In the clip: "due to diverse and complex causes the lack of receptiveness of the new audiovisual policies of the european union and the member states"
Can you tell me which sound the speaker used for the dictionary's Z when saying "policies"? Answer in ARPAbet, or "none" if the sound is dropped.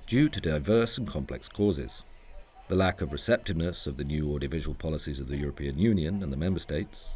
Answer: Z